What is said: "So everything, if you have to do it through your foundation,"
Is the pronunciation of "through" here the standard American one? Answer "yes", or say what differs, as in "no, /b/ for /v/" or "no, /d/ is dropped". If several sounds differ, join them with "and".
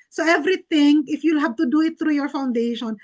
no, /t/ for /θ/